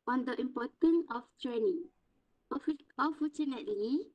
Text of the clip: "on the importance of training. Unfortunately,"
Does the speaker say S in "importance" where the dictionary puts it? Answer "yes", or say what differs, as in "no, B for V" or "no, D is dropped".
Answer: no, S is dropped